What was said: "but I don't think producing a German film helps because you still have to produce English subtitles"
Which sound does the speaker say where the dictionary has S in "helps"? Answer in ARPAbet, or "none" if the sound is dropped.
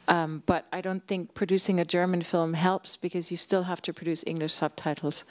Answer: S